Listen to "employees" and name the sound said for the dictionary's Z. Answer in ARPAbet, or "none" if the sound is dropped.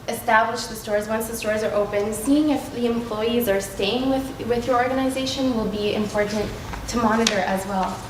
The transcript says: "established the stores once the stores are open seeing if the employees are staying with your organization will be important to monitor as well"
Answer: Z